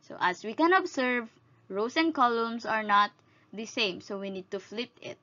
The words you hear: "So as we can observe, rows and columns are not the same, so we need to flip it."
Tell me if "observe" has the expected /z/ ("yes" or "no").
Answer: no